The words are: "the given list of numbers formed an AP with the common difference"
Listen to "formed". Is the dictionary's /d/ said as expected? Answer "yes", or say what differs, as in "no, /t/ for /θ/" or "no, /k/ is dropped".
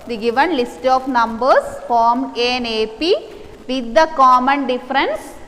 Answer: no, /d/ is dropped